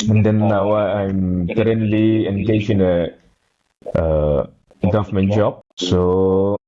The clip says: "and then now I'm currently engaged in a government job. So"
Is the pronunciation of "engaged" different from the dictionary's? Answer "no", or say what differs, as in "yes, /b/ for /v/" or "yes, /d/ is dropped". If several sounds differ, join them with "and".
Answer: yes, /d/ is dropped